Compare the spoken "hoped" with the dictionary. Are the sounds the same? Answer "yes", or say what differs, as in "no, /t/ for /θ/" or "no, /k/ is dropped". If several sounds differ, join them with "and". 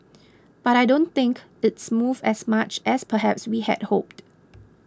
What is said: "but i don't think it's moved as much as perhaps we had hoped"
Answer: yes